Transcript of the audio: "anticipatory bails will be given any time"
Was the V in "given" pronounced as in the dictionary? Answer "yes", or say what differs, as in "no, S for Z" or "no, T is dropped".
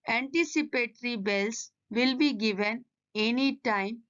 yes